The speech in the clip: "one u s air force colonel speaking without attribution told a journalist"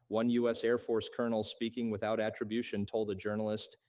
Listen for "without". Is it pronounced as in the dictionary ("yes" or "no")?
yes